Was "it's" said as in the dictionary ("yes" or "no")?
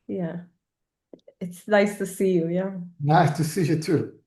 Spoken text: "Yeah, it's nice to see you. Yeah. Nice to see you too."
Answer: yes